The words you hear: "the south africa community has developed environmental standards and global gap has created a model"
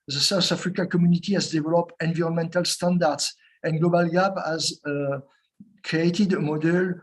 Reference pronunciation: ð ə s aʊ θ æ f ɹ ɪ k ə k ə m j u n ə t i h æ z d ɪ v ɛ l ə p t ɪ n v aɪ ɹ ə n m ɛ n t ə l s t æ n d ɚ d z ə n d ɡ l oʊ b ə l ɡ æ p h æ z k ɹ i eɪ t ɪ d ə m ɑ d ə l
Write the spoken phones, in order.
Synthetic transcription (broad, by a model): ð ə s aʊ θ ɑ f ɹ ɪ k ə k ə m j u n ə t i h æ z d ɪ v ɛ l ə p ɪ n v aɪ ɹ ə n m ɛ n t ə l s t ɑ n d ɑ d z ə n ɡ l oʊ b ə l ɡ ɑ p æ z k ɹ i eɪ t ɪ d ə m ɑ d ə l